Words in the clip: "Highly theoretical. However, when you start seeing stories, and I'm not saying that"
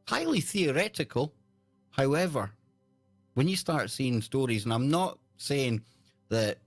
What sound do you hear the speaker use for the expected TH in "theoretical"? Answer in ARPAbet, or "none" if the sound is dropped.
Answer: TH